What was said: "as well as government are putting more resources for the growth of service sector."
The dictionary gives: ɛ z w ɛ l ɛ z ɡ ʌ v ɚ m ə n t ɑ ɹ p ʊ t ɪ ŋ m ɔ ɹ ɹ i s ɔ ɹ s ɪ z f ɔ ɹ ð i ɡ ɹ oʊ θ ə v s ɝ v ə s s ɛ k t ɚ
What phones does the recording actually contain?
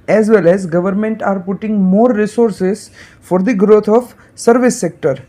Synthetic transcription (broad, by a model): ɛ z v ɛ l ɛ z ɡ ʌ v ɚ m ə n t ɑ ɹ p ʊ t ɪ ŋ m ɔ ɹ ɹ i s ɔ ɹ s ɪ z f ɔ ɹ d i ɡ ɹ oʊ t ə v s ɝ v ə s s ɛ k t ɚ